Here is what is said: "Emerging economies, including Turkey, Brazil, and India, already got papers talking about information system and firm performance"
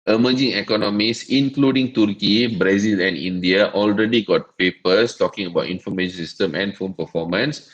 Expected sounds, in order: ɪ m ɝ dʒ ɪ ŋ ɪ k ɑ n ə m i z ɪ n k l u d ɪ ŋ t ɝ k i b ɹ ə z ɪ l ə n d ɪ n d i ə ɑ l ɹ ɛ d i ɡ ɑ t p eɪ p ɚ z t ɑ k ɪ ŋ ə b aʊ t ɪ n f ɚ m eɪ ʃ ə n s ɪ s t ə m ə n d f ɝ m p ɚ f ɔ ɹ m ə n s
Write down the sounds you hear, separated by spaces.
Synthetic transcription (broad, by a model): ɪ m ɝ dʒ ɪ ŋ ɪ k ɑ n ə m i s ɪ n k l u d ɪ ŋ t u k i b ɹ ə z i l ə n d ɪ n d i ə ɑ l ɹ ɛ d i ɡ ɑ t p eɪ p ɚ s t ɑ k ɪ ŋ ə b aʊ t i n f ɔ m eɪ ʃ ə n s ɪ s t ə m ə n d f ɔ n p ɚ f ɔ m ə n s